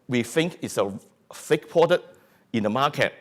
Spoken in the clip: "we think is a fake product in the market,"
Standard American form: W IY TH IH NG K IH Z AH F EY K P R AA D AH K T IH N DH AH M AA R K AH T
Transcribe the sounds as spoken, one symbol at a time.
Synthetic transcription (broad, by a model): W IY TH IH NG K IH S AH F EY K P AA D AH T IH N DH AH M AA K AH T